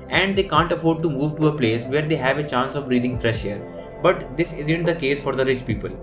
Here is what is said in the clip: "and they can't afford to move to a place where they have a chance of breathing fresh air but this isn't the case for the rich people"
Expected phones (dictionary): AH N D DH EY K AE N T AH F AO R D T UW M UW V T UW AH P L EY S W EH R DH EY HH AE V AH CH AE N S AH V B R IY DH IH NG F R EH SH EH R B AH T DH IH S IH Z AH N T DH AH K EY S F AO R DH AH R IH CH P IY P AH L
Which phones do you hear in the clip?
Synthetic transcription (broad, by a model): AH N D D EY K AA N T AH F AO R D T UW M UW V T UW AH P L EY S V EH R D EY HH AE V AH CH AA N S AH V R IY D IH NG F R EH SH EH R B AH T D IH S IH Z AH N T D AH K EY S F AO R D AH R IH CH P IY P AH L